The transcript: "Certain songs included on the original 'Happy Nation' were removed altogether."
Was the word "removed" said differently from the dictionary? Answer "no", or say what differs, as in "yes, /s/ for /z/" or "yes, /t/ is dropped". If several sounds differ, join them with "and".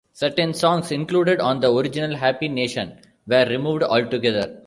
no